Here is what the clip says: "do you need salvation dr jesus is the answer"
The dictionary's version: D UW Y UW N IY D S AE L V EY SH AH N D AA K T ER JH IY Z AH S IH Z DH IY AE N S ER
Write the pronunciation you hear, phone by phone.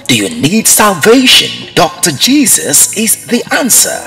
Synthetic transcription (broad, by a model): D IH Y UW N IY D S AE L V EY SH AH N D AA K T ER JH IY Z AH S IH Z DH IY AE N S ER